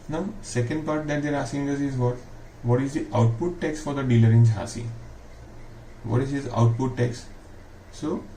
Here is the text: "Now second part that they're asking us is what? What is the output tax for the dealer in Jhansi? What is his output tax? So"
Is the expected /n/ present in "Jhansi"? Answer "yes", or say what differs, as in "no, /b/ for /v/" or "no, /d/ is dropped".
no, /n/ is dropped